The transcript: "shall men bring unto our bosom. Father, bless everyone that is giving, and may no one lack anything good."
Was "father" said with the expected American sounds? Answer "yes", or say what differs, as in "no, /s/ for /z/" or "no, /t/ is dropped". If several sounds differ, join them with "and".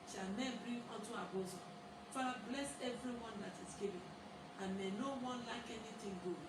no, /ð/ is dropped